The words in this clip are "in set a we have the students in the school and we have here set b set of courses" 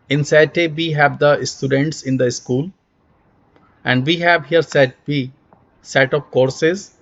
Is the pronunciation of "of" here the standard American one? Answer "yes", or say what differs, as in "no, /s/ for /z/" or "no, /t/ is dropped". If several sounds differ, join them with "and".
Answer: no, /p/ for /v/